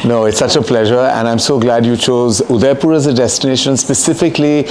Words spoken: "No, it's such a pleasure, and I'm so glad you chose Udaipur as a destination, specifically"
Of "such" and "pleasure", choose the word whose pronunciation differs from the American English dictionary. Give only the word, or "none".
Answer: none